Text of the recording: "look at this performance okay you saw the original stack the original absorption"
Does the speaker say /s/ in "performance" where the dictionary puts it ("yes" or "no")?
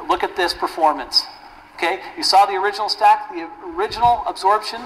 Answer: yes